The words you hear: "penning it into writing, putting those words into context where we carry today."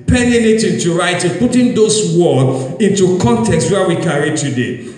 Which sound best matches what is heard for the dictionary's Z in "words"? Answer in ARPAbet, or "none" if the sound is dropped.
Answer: none